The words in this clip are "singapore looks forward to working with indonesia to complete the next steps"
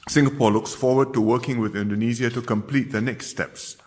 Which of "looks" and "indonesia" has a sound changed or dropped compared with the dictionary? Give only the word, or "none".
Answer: indonesia